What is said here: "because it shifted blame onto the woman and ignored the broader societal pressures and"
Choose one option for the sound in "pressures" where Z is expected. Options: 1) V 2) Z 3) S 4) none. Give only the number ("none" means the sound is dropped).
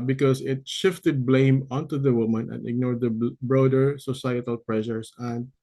3